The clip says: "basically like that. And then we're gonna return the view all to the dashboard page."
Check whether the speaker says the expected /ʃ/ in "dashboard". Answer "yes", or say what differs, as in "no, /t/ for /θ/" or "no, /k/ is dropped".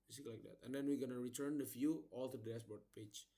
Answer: no, /s/ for /ʃ/